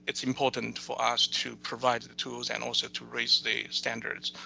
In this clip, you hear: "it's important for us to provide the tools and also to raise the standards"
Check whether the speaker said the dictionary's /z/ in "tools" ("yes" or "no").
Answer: yes